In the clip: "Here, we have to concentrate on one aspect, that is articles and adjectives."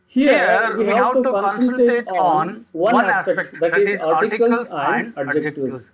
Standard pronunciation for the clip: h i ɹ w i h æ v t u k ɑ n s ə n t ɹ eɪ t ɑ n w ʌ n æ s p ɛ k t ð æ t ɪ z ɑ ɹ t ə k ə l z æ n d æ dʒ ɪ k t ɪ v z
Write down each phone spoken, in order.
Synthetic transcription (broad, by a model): h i ɹ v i h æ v t u k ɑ n s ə l t eɪ t ɑ n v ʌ n æ s p ɛ k t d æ t ɪ z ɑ ɹ t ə k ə l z æ n d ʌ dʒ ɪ k t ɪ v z